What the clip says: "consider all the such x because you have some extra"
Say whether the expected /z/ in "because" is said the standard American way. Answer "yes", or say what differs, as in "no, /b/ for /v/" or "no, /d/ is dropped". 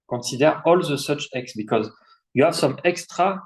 yes